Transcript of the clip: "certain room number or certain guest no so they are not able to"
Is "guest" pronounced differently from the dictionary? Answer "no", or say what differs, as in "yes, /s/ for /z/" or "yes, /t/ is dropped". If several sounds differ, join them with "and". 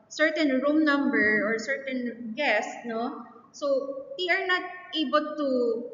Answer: no